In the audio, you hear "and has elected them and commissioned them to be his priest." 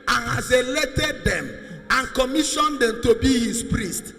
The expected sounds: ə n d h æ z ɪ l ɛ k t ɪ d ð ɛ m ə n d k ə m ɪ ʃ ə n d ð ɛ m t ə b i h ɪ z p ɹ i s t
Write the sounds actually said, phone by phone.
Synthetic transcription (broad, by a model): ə n h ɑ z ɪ l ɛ t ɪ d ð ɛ m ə n k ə m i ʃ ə n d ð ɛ m t ə b i h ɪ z p ɹ i s t